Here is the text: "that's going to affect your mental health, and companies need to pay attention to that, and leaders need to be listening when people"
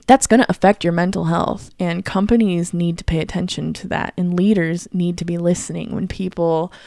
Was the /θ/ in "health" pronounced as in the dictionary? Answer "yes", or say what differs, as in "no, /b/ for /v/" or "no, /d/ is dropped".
yes